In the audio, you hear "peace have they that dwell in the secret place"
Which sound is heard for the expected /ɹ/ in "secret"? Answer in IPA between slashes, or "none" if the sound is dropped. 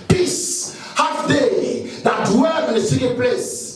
none